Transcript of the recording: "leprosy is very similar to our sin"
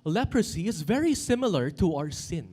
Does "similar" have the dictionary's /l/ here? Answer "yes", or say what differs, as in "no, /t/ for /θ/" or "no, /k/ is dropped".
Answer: yes